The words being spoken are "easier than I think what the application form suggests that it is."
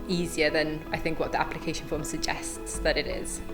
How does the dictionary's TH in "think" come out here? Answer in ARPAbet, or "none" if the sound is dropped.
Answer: TH